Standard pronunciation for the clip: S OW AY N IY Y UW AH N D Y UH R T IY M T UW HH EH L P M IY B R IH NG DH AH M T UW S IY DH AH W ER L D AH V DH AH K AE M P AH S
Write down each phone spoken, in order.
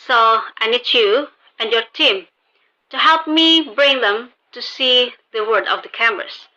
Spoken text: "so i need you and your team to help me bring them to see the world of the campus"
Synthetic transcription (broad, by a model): S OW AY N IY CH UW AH N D Y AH R T IY M T UW HH EH L P M IY B R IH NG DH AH M T UW S IY DH AH W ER D AH V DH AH K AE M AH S